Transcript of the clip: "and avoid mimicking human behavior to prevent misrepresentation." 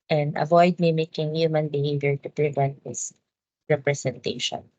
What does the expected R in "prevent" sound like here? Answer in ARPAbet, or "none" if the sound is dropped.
R